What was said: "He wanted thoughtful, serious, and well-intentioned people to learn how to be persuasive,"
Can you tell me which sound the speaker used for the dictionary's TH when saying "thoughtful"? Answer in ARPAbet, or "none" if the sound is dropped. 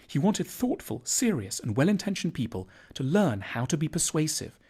TH